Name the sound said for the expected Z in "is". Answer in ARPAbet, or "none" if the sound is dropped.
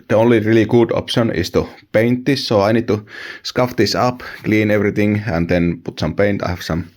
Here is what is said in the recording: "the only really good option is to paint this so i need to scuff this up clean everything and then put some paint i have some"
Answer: S